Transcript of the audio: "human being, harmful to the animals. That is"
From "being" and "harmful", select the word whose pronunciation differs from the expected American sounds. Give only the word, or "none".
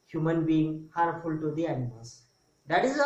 harmful